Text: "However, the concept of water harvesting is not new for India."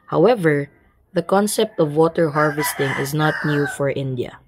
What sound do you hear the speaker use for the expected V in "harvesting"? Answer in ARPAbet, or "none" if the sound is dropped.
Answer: V